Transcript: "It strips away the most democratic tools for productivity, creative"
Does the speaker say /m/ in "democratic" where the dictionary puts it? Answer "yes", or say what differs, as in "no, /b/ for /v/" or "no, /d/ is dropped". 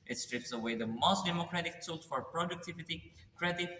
yes